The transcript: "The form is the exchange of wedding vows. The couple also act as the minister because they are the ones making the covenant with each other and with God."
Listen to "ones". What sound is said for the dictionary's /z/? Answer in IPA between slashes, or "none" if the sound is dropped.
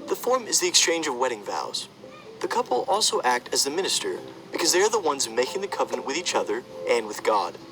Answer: /z/